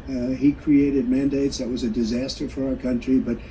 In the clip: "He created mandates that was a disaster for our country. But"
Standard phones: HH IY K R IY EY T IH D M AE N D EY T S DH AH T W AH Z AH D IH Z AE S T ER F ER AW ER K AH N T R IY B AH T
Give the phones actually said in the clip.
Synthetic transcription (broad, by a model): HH IY K R IY EY T IH D M AE N D EY T S DH AH T W AH Z AH D IH Z AE S T ER F ER AW ER K AH N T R IY B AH T